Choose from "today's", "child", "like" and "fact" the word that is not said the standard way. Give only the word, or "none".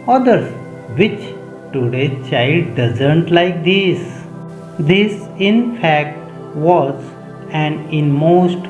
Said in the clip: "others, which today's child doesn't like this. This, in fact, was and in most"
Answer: today's